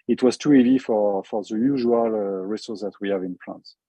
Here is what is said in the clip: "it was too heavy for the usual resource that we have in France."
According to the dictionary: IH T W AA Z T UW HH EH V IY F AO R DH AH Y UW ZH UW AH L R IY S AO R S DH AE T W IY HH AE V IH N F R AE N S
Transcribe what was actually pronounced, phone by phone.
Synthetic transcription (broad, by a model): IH T W AA Z T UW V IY F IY F AO R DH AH Y UW ZH UW AH L R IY S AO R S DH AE T W IY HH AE V IH N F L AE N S